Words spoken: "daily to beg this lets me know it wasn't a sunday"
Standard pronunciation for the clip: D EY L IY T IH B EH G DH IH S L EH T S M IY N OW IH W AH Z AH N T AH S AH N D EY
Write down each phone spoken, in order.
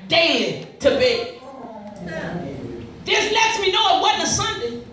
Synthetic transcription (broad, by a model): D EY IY T IH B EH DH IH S L EH T S M IY N OW IH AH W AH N AH S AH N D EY